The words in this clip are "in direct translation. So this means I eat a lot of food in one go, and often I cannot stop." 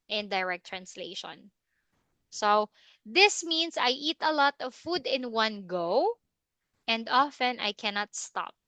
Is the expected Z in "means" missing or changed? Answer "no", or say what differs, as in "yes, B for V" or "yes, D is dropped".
yes, S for Z